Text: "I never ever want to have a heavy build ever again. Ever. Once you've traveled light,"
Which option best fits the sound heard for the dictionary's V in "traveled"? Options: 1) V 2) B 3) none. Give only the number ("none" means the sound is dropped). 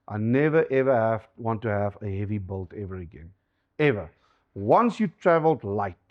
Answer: 1